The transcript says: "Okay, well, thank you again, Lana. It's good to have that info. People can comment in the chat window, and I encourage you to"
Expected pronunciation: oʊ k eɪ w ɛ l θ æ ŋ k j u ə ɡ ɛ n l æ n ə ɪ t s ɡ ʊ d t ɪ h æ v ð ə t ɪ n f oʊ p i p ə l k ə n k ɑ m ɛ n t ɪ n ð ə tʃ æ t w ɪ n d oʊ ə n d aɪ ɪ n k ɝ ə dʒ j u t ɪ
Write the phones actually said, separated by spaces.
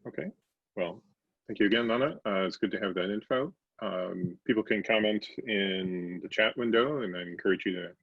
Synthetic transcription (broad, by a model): oʊ k eɪ w ɛ l θ æ ŋ k j u ə ɡ ɛ n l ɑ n ə ɪ t s ɡ ʊ d t ɪ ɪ v ð ə t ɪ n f oʊ p i p l k ə n k ɑ m ɛ n t ɪ n ð ə tʃ æ t w ɪ n d oʊ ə n aɪ ɪ n k ɝ ə dʒ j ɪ t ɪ